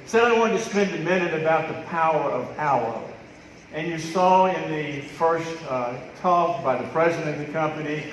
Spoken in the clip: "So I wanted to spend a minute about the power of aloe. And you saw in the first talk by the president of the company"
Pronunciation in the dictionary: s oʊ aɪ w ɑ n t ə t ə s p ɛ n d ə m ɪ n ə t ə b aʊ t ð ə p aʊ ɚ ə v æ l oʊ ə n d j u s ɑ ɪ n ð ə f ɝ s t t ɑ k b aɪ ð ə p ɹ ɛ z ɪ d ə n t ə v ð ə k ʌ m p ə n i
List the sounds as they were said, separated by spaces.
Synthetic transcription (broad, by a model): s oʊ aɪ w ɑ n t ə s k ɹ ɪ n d ə m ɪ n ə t ə b aʊ t ð ə p aʊ ɚ ə v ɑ ʊ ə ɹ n j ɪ s ɑ ɪ n ð ə f ɝ s t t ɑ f b aɪ ð ə p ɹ ɛ z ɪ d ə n ə ð ə k ʌ m p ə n i